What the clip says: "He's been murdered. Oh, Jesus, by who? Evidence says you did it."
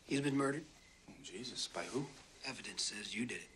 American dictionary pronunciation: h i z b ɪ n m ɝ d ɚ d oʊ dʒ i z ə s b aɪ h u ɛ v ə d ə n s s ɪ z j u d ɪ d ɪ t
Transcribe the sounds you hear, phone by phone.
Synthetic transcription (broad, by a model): h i z b ɪ n m ɝ d ɚ d dʒ i z ə s b aɪ h u ɛ v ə d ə n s s ɪ z j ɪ d ɪ d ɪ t